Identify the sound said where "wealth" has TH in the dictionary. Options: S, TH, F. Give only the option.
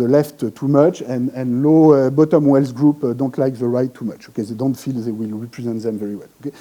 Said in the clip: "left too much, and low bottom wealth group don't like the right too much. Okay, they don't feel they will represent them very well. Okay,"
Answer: S